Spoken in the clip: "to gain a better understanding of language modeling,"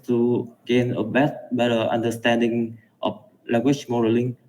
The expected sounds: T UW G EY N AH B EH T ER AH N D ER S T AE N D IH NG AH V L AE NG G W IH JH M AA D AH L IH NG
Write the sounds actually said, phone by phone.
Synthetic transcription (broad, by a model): T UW G EY N AH B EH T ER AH N D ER S T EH N D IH NG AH F L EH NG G W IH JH M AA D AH L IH NG